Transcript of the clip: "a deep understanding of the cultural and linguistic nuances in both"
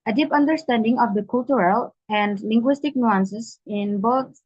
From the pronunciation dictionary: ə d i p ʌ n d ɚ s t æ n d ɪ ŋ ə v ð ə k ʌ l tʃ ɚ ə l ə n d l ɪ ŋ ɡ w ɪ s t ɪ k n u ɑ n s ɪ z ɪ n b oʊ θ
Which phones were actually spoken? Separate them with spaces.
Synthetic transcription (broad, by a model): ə d i p ʌ n d ɚ s t æ n d ɪ ŋ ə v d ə k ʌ l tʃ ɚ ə l ə n d l ɪ ŋ ɡ w ɪ s t ɪ k n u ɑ n s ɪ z ɪ n b oʊ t